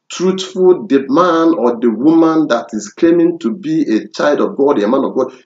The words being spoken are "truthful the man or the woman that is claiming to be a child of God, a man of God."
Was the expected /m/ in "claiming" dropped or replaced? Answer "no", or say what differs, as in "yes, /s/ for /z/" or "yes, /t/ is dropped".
no